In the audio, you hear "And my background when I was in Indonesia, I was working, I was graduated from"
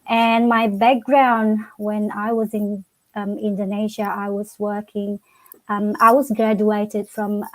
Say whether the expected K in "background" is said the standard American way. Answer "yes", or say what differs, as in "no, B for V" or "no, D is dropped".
yes